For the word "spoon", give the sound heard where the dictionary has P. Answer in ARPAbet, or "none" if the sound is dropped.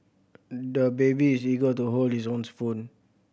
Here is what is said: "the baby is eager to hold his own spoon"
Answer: F